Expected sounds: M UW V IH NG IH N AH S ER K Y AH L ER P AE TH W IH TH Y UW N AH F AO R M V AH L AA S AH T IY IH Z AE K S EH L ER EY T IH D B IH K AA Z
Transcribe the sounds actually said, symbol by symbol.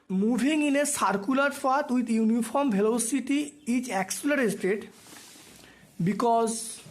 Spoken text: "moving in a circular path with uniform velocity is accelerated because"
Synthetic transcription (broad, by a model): M UW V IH NG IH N AH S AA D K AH L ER F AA T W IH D Y UW N AH F AO R M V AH L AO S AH T IY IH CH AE K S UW L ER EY T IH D B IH K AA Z